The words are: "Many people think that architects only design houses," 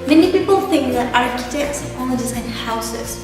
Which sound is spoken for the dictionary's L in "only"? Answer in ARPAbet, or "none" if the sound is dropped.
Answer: none